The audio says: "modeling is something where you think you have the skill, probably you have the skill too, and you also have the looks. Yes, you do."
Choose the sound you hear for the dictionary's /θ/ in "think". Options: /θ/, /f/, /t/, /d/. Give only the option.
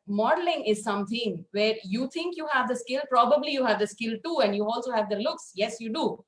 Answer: /t/